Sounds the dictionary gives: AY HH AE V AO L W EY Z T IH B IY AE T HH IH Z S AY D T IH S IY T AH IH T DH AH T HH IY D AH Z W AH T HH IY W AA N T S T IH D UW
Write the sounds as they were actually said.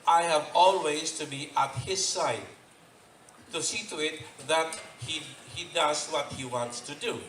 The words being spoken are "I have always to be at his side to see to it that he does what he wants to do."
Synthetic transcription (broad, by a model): AY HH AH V AO L W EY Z T IH B IY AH T HH IH Z S AY D T IH S IY T AH IH T DH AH T HH IY D AH Z W AH T HH IY W AA N T S T IH D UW